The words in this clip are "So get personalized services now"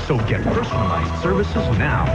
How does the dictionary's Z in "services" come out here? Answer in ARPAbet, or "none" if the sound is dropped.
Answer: Z